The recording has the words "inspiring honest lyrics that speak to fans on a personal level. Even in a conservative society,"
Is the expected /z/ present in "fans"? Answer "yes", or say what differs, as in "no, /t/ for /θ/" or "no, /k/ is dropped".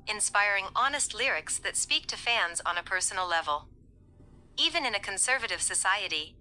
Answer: yes